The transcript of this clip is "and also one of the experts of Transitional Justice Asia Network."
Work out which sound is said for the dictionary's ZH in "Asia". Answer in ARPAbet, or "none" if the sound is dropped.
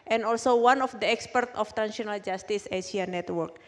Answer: S